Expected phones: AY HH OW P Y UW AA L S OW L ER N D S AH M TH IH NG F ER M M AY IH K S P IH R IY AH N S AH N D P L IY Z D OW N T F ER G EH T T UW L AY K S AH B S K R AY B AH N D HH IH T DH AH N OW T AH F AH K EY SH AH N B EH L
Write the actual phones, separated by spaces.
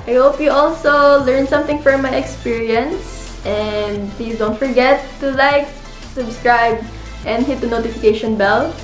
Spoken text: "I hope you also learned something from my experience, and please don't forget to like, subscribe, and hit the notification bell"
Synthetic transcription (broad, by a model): AY HH OW P Y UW AA L S OW L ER N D S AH M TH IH NG F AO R M AY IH K S P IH R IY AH N S AH N D P L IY S D OW N T F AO G EH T T UW L AY K S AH B S K R AY B AH N D HH IH T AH N OW T AH F AH K EY SH AH N B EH L